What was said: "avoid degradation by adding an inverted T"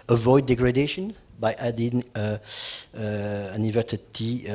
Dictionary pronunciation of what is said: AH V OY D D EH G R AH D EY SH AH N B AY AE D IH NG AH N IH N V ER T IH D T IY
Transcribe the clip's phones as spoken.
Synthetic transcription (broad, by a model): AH V OY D D EH G R AH D EY SH AH N B AY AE D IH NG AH N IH V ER S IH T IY